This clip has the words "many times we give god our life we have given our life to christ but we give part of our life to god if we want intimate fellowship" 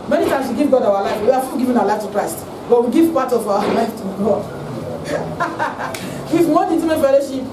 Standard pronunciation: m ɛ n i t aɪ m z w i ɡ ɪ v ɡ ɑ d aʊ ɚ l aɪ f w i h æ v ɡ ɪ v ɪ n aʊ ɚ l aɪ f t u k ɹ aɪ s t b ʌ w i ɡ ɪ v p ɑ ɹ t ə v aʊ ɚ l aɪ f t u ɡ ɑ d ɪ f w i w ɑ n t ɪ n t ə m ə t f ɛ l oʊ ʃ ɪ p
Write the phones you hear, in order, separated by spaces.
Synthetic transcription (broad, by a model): m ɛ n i t aɪ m s w i ɡ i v ɡ ɑ d aʊ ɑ l aɪ f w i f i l ɡ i v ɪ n aʊ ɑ l aɪ f t u k ɹ aɪ s t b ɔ w i ɡ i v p ɑ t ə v aʊ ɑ l aɪ f t u ɡ ɑ d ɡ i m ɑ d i t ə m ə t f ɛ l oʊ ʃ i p